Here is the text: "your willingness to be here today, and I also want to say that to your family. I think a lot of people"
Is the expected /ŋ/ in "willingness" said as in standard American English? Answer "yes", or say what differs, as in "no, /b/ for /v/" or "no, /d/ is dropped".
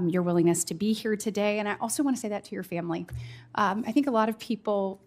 yes